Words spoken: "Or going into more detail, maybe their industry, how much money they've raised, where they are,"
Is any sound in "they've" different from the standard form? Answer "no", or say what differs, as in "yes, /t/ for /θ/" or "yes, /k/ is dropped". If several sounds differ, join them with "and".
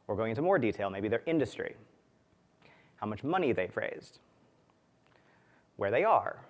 yes, /f/ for /v/